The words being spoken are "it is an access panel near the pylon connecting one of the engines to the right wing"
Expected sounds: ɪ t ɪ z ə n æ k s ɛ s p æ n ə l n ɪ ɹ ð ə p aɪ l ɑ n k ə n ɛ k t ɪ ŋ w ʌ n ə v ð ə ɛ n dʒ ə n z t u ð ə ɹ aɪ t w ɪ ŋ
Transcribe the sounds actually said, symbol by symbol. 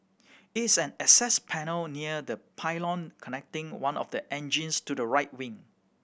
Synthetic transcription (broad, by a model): ɪ t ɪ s ə n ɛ s ɛ s p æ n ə l n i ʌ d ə p aɪ l ɑ n k ə n ɛ k t ɪ ŋ w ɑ n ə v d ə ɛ n dʒ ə n s t u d ə ɹ aɪ t w ɪ ŋ